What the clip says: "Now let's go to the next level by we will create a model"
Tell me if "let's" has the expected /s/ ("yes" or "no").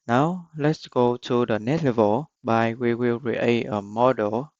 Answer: yes